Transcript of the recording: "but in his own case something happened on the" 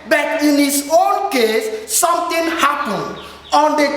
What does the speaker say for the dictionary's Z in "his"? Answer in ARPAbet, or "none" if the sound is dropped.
S